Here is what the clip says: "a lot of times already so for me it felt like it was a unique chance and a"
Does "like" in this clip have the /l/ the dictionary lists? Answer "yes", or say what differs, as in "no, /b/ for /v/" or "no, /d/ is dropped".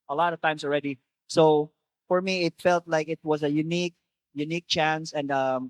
yes